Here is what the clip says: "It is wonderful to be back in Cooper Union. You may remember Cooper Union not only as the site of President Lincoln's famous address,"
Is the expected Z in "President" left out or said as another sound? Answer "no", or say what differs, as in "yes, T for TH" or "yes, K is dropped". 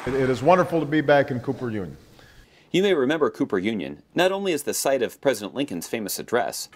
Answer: no